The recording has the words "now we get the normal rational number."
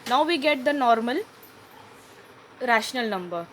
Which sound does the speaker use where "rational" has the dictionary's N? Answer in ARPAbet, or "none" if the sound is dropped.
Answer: N